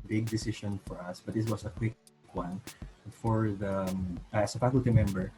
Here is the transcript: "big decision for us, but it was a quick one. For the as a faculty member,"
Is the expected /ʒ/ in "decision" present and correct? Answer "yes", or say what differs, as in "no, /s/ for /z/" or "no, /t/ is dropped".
no, /ʃ/ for /ʒ/